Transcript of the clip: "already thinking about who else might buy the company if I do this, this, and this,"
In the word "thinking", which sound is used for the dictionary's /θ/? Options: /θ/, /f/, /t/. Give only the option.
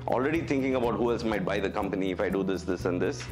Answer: /t/